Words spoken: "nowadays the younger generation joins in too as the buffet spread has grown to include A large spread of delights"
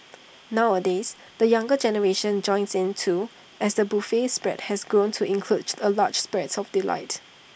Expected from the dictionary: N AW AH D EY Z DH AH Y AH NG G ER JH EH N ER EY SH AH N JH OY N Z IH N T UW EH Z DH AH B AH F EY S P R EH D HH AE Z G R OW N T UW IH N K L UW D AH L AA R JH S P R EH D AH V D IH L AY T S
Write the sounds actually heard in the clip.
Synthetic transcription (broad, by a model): N AW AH D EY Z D AH Y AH NG G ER JH EH N ER EY SH AH N JH OY N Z IH N T UW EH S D AH B AH F EY S P R EH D HH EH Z G R OW N T UW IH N K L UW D AH L AA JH S P R EH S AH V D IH L AY T